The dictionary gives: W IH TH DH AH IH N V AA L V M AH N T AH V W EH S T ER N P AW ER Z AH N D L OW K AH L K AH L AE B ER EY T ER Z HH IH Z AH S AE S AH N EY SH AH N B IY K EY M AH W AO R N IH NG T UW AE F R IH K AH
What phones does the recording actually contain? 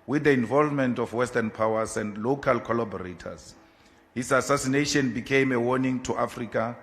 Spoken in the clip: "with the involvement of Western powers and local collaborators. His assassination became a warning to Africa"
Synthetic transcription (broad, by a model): W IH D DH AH IH N V AA L V M AH N T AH F W EH S T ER N P AW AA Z AH N D L OW K AH L K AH L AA B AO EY T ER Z HH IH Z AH S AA S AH N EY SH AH N B IY K EY M AH W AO N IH NG T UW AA F R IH K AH